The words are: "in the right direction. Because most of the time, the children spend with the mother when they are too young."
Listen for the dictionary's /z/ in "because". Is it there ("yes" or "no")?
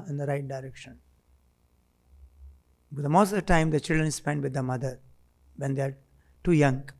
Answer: no